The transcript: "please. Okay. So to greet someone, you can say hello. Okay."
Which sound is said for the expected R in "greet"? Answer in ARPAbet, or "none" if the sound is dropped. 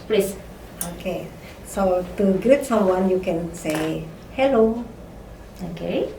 none